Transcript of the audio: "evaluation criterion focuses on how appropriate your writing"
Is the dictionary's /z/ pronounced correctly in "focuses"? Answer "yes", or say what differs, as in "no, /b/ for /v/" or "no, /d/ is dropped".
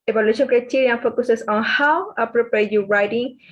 no, /s/ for /z/